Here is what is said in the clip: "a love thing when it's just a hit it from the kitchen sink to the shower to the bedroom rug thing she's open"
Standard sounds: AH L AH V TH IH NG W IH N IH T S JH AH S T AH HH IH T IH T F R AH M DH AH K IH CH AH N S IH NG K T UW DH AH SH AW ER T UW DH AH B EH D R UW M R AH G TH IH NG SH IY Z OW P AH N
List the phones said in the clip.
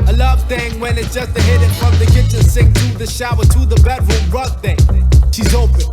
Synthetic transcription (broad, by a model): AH L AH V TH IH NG W IH N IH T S JH AH S T AH HH IH T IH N F R AH M DH AH K IH CH AH N S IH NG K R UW DH AH SH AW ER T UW DH AH B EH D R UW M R AH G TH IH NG SH IY Z OW P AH N